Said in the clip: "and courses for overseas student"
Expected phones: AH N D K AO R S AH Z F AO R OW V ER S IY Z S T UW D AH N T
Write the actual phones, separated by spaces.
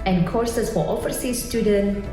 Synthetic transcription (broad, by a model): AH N K AO R S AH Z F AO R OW F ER S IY S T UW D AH N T